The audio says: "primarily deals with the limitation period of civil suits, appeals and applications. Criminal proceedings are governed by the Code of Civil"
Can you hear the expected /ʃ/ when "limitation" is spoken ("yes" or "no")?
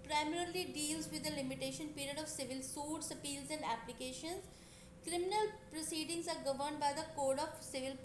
yes